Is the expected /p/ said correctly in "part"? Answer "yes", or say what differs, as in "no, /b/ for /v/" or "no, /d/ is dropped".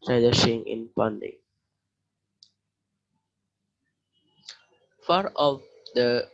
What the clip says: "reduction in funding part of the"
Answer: no, /f/ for /p/